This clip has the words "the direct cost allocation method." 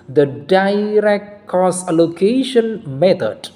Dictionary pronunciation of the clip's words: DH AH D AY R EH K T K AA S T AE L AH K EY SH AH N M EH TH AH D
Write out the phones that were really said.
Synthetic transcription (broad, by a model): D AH D AY R EH K T K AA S AE L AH K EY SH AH N M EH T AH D